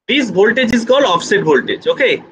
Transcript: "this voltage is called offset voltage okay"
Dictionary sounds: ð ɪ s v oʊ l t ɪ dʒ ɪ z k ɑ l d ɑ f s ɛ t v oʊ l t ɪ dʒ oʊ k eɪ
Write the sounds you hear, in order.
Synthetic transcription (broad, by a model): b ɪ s b oʊ l t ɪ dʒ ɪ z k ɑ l ɑ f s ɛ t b oʊ l t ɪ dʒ oʊ k eɪ